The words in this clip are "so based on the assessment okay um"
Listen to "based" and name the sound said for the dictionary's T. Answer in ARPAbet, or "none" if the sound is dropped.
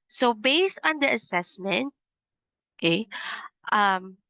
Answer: T